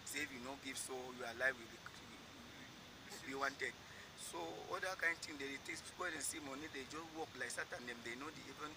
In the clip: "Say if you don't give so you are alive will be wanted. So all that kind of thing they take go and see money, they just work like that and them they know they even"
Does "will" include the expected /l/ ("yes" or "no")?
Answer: no